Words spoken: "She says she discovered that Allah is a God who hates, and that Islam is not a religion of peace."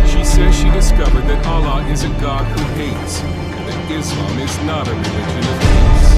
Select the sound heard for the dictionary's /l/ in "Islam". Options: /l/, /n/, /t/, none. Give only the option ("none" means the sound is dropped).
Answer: none